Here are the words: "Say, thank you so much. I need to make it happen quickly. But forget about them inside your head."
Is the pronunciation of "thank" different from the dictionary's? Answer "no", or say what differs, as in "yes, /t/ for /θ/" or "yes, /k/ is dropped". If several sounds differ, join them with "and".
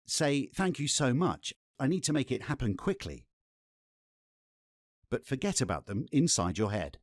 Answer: no